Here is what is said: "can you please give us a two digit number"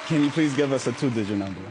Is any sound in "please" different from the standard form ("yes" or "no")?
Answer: no